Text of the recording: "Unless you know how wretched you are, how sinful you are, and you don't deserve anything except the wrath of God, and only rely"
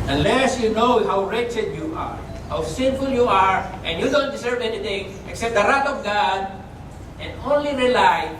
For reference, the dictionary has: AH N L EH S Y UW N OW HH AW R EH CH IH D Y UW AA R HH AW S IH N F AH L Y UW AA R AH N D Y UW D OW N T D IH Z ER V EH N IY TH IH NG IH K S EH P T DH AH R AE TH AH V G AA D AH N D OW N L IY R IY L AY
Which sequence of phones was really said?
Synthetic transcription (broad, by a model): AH N L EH S Y UW N OW HH AW R EH CH IH D Y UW AA R HH AW S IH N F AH L Y UW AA R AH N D Y UW D OW N T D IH S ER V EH N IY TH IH NG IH K S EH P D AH R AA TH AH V G AA D AH N D OW N L IY R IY L AY